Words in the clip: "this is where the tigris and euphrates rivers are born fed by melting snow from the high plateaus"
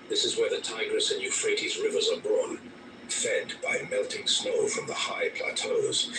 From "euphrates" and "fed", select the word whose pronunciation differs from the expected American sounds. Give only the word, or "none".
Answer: none